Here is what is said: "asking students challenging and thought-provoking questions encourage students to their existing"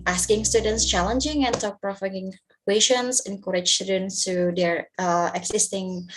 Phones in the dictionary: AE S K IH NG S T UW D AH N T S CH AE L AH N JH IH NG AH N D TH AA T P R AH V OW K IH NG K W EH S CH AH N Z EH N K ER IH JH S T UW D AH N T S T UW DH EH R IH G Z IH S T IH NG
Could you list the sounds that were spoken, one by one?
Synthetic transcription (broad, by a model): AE S K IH NG S T UW D AH N T S CH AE L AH N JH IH NG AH N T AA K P R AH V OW IH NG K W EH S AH N S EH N K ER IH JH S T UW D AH N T S T UW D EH R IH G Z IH S T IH NG